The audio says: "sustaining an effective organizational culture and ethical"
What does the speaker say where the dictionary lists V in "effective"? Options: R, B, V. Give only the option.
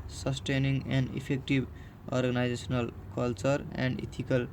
B